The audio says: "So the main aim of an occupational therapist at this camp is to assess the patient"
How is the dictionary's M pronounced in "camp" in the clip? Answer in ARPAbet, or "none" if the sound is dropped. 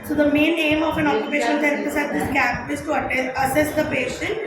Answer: none